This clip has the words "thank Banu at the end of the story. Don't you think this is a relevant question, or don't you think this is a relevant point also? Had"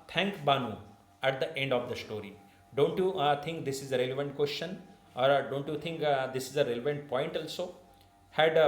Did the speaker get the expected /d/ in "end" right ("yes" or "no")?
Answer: yes